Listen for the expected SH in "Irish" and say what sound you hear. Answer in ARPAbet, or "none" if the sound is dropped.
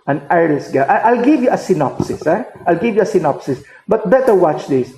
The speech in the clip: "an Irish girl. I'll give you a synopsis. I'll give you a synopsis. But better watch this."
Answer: S